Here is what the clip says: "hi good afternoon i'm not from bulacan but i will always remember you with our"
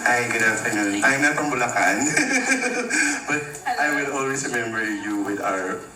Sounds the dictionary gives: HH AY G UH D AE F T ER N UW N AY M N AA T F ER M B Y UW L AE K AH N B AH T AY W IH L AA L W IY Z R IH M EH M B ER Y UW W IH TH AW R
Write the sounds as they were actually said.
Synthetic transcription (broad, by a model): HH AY G UH D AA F T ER N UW N AY M N AA T P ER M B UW L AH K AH N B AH T AY W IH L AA L W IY S R IH M EH M B ER Y UW W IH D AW R